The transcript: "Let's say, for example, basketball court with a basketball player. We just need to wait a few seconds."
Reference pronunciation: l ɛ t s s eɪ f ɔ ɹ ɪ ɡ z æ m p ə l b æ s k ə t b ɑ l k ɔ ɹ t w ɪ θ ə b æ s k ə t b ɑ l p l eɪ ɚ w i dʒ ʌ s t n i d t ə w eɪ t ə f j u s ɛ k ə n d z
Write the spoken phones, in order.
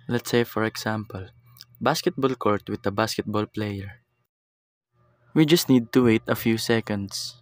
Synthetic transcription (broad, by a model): l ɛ t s s eɪ f ɔ ɹ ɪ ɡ s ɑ m p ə l b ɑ s k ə t b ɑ l k ɔ ɹ t w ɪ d ə b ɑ s k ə t b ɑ l p l eɪ ɚ w i dʒ ʌ s t n i d t ə w eɪ t ə f j u s ɛ k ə n d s